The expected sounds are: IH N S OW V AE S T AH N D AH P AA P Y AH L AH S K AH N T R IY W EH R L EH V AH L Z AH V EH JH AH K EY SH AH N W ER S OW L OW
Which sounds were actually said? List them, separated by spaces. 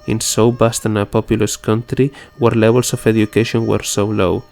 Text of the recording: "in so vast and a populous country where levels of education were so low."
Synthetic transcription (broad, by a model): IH N S OW B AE S T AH N AH P AA P Y AH L AH S K AH N T R IY W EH R L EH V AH L S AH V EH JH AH K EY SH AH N W ER S OW L OW